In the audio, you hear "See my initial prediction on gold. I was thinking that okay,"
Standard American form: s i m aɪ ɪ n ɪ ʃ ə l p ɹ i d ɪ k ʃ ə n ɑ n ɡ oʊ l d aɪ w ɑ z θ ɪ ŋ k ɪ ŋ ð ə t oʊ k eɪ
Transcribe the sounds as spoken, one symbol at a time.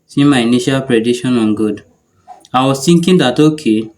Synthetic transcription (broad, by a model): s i m aɪ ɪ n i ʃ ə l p ɹ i d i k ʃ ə n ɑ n ɡ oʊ d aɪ w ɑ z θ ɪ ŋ k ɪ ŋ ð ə t oʊ k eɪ